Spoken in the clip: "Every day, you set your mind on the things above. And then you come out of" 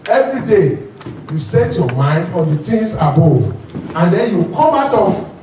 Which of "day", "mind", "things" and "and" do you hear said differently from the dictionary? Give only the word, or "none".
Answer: things